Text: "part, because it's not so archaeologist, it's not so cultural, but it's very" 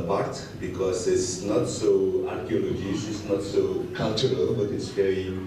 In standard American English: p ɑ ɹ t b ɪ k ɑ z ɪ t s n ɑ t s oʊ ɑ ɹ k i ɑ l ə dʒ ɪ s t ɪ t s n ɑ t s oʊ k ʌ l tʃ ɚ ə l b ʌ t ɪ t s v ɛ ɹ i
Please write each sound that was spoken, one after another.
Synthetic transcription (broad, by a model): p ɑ ɹ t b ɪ k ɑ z ɪ t s n ɑ t s oʊ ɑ ɹ k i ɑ l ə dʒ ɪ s ɪ t s n ɑ t s oʊ k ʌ l tʃ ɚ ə l b ʌ t ɪ t s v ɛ ɹ i